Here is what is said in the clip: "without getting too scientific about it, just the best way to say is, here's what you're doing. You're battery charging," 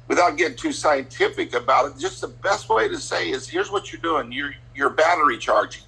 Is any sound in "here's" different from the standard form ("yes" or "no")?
no